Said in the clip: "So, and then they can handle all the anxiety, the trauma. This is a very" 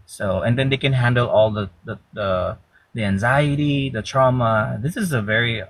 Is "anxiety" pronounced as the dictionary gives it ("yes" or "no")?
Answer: yes